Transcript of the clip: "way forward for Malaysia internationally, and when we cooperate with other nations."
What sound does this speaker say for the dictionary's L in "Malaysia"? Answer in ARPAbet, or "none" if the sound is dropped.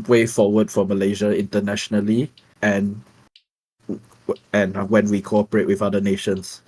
L